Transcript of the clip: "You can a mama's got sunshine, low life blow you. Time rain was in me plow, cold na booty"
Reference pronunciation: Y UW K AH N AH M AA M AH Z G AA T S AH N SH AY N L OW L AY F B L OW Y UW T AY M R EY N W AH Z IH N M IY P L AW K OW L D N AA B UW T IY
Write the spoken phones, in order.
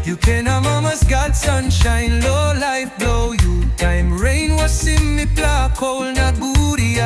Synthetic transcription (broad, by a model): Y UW K AH N AH M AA M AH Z G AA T S AH N SH AY N L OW L AY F B L OW Y UW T AY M R EY N W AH S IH M IY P L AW K OW L N AA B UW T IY